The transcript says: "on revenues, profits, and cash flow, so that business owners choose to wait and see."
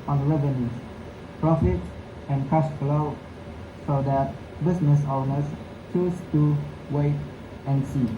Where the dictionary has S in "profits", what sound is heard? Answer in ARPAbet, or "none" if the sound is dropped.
none